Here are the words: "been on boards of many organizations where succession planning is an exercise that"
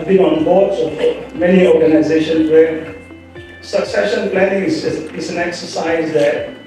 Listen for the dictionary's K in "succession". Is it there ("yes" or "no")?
yes